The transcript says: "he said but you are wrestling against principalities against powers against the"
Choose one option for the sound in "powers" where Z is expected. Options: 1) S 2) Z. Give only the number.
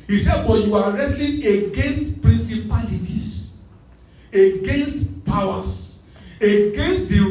1